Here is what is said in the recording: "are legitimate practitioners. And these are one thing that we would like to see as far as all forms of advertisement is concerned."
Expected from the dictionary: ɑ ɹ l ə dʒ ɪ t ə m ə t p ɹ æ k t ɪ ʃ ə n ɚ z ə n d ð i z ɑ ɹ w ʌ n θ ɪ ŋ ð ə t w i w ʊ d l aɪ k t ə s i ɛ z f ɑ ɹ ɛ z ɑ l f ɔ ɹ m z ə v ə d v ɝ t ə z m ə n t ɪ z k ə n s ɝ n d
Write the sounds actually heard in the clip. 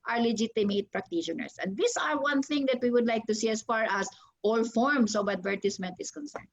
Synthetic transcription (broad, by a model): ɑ ɹ l ə dʒ ɪ t ə m ə t p ɹ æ k t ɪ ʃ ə n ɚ s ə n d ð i s ɑ ɹ w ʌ n θ ɪ ŋ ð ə t w i w ʊ d l aɪ k t ə s i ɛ s f ɑ ɹ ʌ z ɑ l f ɔ ɹ m s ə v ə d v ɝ t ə s m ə n t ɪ s k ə n s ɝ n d